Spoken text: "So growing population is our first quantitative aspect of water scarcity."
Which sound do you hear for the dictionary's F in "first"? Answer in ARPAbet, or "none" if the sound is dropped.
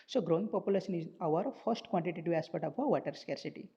F